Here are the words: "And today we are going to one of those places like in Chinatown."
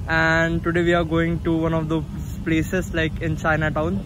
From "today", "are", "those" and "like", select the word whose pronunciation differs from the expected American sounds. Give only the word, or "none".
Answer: those